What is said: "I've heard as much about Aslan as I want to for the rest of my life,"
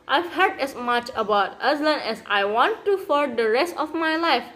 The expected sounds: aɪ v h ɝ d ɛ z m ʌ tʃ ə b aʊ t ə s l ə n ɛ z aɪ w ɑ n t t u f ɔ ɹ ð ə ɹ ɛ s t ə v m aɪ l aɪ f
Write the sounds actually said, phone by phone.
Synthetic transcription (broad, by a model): aɪ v h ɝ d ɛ s m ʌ tʃ ə b aʊ t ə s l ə n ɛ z aɪ w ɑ n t t u f ɔ ɹ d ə ɹ ɛ s t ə f m aɪ l aɪ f